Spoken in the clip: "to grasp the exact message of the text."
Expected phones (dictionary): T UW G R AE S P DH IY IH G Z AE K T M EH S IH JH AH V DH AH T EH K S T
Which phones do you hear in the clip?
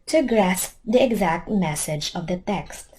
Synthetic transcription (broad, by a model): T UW G R AE S P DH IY IH G Z AE K T M EH S IH JH AH V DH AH T EH K S T